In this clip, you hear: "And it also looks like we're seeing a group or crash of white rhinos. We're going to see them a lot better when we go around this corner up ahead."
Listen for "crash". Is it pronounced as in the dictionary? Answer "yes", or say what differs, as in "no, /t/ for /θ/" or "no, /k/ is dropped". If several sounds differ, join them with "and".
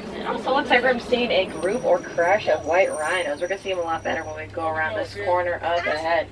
yes